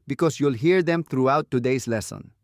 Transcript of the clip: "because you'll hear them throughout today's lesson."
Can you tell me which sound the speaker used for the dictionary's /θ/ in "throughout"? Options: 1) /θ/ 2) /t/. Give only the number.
2